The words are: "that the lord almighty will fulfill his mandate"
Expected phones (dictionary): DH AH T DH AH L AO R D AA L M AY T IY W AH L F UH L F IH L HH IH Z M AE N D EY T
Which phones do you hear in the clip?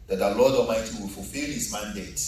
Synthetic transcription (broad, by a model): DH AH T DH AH L AO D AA M AY T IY W AH L F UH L F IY L HH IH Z M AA N D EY T